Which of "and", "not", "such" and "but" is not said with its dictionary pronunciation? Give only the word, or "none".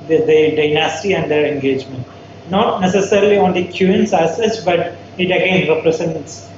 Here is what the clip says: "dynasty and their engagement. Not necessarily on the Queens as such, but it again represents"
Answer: such